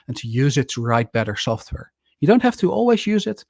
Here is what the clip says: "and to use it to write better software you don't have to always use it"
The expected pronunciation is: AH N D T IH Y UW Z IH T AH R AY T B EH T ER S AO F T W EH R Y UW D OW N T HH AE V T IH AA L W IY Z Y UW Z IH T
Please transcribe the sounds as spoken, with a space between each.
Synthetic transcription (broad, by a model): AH N T IH Y UW Z IH T AH R AY T B EH T ER S AO F T W EH R Y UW D OW N T HH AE F T IH AA L W IY Z Y UW Z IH T